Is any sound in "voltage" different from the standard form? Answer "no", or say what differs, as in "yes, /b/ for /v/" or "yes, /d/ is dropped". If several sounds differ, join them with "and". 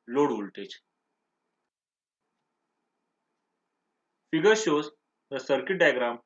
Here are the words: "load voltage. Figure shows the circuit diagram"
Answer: yes, /tʃ/ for /dʒ/